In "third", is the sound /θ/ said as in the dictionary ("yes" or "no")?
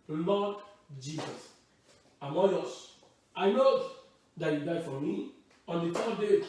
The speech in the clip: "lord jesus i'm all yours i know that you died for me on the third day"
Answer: no